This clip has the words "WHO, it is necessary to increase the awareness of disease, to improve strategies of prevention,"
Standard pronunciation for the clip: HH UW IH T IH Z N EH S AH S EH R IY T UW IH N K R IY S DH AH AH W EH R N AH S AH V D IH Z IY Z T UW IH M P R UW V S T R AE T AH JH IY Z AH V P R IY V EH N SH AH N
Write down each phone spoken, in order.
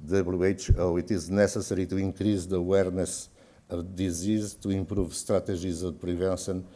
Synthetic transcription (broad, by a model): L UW IH T IH Z N EH S AH S EH R IY T UW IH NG K R IY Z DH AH AH W EH R N AH S AH V D IH Z IY Z T UW IH M P R UW V S T R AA T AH ZH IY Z AH V P R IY V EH N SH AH N